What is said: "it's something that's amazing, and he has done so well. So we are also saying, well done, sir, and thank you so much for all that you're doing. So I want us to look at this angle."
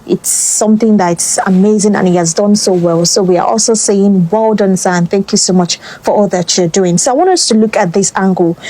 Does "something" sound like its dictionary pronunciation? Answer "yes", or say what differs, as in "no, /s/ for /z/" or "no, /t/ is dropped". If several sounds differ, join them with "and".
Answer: yes